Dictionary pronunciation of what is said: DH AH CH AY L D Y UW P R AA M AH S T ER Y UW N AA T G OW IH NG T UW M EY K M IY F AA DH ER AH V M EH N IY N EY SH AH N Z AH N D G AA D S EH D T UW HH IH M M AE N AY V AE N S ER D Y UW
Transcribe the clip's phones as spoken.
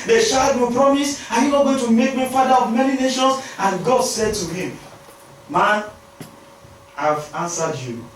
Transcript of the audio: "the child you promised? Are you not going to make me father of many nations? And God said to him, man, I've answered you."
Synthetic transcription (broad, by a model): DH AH SH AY D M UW P R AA M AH S AA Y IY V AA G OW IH T UW M EY K M IY F AA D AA AH V M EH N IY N EY SH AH N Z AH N G AA D S EH D T UW HH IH M M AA N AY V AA N S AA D Y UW